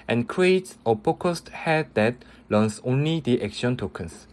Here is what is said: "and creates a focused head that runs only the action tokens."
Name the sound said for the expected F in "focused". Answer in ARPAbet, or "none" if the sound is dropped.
P